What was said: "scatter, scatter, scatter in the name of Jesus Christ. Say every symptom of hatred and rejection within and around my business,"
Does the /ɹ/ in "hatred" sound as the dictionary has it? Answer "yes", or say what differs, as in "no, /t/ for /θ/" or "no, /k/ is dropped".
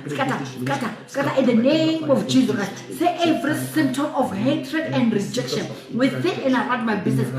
yes